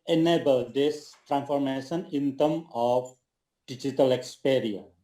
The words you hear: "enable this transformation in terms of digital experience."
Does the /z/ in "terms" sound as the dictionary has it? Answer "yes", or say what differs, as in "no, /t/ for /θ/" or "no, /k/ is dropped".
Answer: no, /z/ is dropped